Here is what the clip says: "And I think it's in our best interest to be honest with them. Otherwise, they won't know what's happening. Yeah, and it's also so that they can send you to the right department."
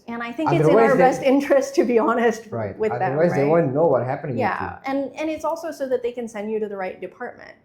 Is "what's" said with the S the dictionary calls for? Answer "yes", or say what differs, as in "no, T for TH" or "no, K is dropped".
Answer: no, S is dropped